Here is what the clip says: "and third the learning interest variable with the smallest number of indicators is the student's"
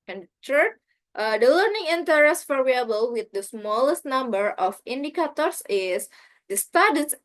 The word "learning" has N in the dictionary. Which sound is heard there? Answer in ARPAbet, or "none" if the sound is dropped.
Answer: N